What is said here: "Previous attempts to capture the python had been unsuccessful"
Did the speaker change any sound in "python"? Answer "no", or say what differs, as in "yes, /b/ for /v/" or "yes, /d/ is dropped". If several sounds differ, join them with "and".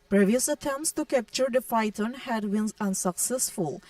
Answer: yes, /f/ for /p/ and /t/ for /θ/